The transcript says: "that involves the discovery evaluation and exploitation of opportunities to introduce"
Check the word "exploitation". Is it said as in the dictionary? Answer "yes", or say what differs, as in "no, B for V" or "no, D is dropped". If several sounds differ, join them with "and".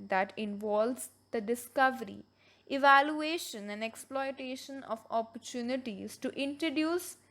yes